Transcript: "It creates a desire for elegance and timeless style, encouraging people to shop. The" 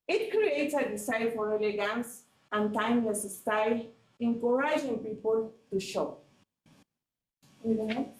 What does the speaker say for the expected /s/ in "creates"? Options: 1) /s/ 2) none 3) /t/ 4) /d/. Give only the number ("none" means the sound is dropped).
2